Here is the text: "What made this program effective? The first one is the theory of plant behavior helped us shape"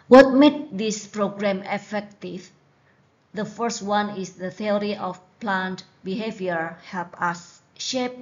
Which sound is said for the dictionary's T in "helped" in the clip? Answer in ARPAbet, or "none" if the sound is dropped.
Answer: none